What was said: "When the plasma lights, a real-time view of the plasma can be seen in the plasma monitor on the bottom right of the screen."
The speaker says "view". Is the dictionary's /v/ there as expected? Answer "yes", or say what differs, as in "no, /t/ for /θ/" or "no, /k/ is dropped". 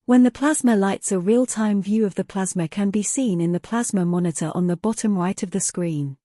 yes